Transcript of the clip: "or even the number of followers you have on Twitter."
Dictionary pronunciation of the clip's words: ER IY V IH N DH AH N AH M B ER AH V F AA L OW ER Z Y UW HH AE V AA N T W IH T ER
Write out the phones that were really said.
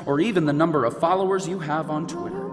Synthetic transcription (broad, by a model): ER IY V IH N DH AH N AH M B ER AH V F AA L OW ER Z Y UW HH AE V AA N T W IH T ER